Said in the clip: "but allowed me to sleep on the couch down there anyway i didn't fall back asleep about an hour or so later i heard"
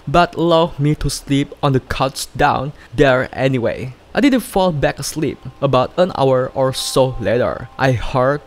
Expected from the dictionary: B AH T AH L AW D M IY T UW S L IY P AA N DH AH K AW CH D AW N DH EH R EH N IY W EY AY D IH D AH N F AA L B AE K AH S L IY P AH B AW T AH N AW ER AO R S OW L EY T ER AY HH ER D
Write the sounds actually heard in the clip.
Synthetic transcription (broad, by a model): B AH T L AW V M IY T UW S L IY P AA N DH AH K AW S D AW N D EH R EH N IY W EY AY D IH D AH N F AA L B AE K AH S L IY P AH B AW T AH N AW ER AO R S OW L EY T ER AY HH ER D